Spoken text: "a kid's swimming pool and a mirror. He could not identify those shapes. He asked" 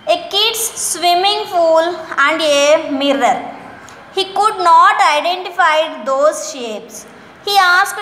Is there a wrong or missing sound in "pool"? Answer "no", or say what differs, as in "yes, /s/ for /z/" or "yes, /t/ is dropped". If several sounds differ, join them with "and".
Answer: yes, /f/ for /p/